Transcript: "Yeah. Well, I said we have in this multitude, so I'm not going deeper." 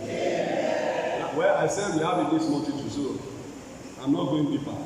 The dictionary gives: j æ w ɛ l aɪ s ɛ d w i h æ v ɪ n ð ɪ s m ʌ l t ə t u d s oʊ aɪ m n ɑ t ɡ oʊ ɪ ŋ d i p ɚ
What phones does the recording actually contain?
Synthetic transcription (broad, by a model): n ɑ w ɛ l aɪ s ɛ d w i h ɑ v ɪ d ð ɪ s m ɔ n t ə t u s oʊ aɪ m n ɑ t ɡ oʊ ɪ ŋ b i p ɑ